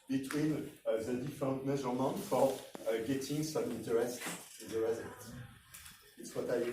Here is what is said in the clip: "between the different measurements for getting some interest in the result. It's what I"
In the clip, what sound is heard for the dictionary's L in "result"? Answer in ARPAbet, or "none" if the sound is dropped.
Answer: none